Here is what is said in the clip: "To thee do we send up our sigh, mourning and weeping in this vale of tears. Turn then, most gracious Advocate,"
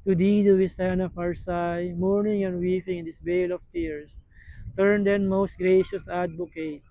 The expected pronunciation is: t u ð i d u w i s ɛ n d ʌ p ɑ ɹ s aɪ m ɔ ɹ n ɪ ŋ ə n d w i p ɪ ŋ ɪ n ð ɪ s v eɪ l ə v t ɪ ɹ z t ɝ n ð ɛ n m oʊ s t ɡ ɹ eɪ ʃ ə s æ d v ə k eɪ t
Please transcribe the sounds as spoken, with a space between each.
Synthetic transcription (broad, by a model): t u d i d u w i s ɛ n ʌ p ɑ ɹ s aɪ m ɔ ɹ n ɪ ŋ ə n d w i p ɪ ŋ ɪ n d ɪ s b eɪ l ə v t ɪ ɹ s t ɝ n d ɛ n m oʊ s t ɡ ɹ eɪ ʃ ə s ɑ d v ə k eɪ t